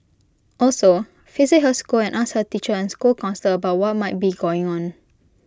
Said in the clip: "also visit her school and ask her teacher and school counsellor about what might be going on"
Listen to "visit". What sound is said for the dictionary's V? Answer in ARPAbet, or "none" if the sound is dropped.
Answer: F